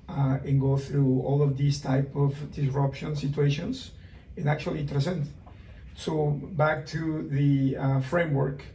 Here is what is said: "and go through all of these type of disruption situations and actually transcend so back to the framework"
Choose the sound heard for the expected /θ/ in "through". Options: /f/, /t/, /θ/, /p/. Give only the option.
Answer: /θ/